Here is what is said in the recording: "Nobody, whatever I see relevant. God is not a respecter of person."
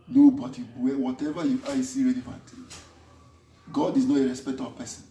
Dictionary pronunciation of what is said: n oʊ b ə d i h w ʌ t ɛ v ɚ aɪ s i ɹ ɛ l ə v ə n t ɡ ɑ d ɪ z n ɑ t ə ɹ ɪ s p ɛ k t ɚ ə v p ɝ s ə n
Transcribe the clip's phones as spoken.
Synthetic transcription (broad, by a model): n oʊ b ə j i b w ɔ t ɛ v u aɪ s i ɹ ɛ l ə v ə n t ɡ ɑ d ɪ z n ɑ t ə ɹ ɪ s p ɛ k t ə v p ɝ s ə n